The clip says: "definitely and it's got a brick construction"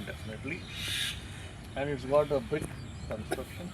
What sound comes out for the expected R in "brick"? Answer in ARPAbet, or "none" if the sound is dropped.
none